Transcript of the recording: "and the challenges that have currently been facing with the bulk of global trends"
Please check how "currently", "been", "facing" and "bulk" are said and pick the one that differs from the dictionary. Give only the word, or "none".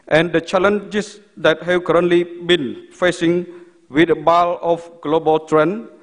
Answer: bulk